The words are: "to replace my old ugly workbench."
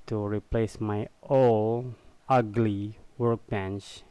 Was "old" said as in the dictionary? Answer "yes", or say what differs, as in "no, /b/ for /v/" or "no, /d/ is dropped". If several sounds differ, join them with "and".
no, /d/ is dropped